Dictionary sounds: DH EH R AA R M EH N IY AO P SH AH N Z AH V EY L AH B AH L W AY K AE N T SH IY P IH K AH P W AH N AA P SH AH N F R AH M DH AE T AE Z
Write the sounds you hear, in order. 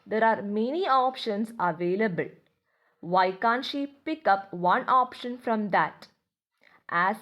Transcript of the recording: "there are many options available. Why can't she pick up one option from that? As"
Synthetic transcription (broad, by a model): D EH R AA R M EH N IY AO P SH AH N S AH V EY L AH B AH L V AY K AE N T SH IY P IH K AH P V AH N AA P SH AH N F R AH M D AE T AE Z